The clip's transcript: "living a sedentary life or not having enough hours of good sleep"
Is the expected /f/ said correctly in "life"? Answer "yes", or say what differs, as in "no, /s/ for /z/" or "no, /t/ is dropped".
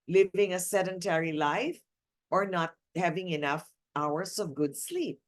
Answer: yes